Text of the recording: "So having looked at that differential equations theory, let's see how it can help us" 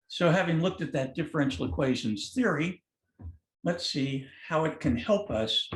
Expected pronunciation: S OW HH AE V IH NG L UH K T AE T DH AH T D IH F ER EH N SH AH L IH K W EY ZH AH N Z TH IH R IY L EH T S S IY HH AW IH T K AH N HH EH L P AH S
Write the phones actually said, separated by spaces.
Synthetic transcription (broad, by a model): S OW HH AE V IH NG L UH K T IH T DH AH T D IH F ER EH N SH L IH K W EY ZH AH N Z TH IH R IY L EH T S S IY HH AW IH T K AH N HH EH L P AH S